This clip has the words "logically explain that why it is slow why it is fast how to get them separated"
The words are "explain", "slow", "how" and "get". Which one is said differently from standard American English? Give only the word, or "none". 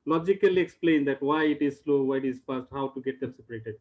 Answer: none